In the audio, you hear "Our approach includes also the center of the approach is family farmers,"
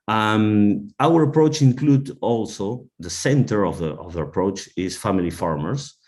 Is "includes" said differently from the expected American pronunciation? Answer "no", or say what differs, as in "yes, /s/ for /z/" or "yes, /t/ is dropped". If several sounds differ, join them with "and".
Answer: yes, /z/ is dropped